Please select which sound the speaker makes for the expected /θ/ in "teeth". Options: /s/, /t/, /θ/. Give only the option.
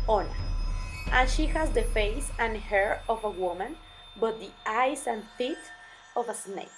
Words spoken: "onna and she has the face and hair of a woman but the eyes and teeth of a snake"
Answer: /t/